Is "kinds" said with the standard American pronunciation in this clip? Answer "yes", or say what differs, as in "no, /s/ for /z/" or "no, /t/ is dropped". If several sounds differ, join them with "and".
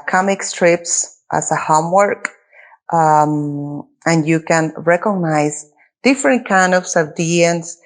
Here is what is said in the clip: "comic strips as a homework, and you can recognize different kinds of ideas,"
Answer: no, /s/ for /z/